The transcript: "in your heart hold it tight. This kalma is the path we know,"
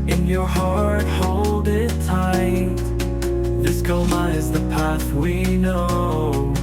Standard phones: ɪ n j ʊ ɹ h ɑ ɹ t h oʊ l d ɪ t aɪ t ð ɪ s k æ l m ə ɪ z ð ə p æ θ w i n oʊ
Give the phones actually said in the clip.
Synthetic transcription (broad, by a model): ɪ n j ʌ ɹ h ɑ ɹ t h oʊ l d ɪ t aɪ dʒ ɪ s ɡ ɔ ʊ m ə ɪ z ð ə p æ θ w i n oʊ